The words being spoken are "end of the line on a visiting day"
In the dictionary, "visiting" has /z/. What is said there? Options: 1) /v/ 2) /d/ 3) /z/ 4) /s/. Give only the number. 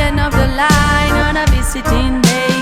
4